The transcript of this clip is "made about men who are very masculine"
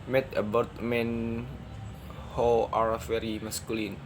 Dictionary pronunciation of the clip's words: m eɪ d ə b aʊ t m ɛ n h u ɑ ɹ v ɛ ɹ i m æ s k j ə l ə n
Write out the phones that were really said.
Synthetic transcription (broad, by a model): m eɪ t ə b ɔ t m ɛ n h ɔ ɑ ɹ f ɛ ɹ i m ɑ s k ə l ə n